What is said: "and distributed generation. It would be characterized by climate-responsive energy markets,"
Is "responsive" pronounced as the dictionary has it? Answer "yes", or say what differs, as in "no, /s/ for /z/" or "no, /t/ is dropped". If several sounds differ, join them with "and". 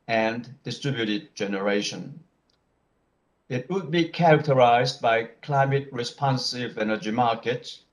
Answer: yes